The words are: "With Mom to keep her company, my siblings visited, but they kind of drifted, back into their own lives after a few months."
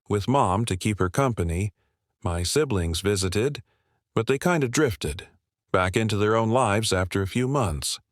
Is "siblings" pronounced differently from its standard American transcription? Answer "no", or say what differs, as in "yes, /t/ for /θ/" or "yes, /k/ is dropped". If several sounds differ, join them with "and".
no